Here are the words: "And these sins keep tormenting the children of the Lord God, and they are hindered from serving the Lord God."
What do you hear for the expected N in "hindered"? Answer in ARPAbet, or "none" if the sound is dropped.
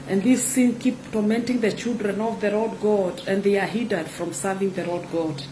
none